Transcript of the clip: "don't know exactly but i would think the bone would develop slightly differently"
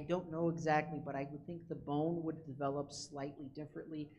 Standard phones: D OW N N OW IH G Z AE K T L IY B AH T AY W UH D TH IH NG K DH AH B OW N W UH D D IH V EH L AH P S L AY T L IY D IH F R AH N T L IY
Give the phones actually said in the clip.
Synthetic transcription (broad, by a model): D OW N N OW IH G Z AE K T L IY B AH T AY W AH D TH IH NG K DH AH B OW N W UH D D IH V EH L AH P S L AY T L IY D IH F R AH N T L IY